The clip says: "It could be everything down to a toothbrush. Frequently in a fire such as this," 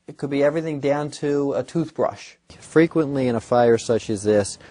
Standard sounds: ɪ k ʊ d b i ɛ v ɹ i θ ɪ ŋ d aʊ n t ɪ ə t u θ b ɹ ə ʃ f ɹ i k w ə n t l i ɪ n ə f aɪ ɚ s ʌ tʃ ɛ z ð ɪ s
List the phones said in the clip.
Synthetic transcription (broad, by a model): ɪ k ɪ d b i ɛ v ɹ i θ ɪ ŋ d aʊ n t ɪ ə t u θ b ɹ ə ʃ f ɹ i k w ə n t l i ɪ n ə f aɪ ɚ s ʌ tʃ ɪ z ð ɪ s